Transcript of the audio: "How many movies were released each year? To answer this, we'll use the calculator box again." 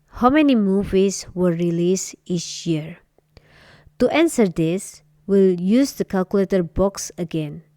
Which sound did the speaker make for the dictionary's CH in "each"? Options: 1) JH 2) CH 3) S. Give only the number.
3